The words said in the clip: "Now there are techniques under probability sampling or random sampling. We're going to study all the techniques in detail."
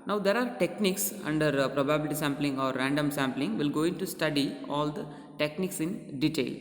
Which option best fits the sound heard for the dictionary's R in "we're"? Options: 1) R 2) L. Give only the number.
2